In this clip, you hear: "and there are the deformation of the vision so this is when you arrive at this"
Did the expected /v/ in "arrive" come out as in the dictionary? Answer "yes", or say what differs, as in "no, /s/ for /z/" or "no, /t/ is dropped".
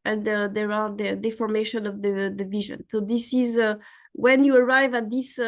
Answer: yes